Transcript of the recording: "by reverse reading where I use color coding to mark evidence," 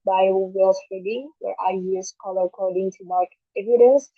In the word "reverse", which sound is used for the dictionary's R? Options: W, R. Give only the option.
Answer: W